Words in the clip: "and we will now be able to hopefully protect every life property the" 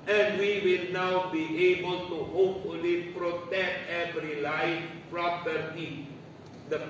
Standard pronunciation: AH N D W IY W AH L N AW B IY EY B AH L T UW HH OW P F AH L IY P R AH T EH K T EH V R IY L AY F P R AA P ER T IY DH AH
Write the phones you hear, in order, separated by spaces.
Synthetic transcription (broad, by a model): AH N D W IY W AH L N AW B IY EY B AH L T UW HH OW P F AH L IY P R AH T EH K T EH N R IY L AY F P R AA P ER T IY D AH